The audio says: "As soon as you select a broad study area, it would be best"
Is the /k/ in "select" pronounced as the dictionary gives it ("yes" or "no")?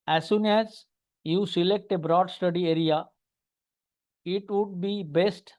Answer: yes